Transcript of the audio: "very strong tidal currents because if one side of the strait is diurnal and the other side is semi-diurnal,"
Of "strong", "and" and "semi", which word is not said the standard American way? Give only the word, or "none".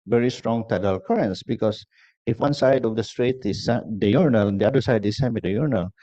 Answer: and